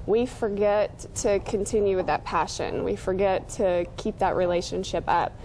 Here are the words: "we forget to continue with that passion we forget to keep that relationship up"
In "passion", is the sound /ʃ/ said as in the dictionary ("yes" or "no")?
yes